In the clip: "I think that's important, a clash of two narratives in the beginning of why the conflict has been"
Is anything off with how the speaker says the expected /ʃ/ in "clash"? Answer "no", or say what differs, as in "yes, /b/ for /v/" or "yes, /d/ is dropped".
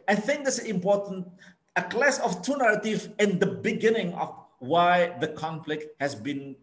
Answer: yes, /s/ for /ʃ/